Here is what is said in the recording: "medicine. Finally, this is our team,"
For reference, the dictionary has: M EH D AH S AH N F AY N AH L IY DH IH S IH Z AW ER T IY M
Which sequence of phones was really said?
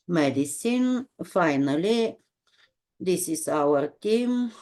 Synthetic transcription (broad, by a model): M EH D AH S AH N F AY N AH L IY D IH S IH S AW ER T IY M